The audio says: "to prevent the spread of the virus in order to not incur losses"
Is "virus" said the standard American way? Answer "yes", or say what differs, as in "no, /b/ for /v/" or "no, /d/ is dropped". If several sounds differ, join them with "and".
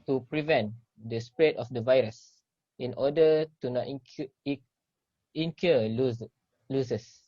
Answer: yes